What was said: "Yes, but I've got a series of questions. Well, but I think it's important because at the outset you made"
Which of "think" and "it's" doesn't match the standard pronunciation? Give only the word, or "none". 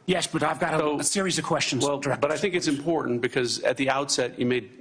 none